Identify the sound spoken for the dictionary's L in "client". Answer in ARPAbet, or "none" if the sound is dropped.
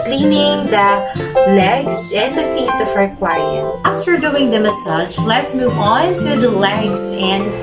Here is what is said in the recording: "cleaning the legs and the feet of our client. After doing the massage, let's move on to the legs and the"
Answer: W